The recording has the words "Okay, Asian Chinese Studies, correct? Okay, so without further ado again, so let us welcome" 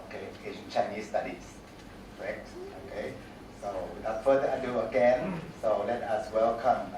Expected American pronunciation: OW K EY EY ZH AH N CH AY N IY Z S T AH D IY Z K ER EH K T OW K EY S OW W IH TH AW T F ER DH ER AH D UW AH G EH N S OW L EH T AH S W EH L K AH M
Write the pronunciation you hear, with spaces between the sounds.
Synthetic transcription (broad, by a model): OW K EY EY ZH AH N CH AY N IY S T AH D IY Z K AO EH K T OW K EY S OW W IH F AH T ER AA AH D UW AH G EH N S OW L EH T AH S W EH L K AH M